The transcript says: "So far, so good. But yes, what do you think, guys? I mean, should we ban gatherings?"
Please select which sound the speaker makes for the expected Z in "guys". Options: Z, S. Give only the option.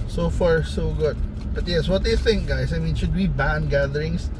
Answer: S